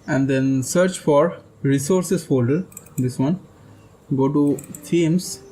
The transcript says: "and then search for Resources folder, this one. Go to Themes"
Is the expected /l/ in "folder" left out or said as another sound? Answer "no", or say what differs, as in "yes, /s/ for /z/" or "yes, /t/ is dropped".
yes, /l/ is dropped